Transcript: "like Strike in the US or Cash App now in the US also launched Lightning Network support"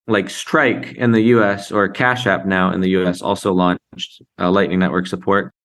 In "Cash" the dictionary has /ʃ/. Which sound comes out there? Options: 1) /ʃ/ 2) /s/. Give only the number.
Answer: 1